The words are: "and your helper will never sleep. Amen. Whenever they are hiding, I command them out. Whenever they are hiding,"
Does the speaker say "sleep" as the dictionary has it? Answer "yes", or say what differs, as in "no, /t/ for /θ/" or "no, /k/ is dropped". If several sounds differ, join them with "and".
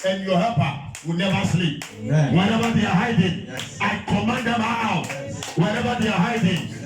yes